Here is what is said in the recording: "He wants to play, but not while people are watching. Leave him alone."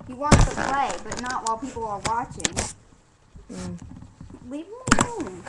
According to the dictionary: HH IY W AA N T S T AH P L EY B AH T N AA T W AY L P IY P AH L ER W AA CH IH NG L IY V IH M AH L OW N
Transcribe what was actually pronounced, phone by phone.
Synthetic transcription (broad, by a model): HH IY W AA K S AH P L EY B AH T N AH T W AY L P IY P L ER W AA CH IH NG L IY W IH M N